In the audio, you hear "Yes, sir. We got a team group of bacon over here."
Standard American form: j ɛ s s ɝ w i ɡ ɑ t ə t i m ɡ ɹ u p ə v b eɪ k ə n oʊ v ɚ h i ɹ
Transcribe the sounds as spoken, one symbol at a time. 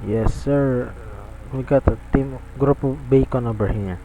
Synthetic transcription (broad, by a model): j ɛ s s ɝ w i ɡ ɑ t ə t i m ɡ ɹ u p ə b eɪ k ə n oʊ b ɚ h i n